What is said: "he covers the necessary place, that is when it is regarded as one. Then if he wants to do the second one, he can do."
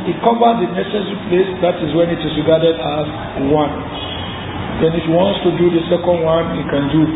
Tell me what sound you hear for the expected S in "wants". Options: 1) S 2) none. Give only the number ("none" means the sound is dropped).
1